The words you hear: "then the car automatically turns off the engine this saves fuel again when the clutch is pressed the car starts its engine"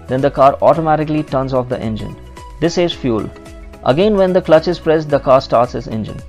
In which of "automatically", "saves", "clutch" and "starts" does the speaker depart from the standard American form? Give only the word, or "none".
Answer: saves